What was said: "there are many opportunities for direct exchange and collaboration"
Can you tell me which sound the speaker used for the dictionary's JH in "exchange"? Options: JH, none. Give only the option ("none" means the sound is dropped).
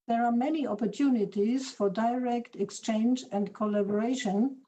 JH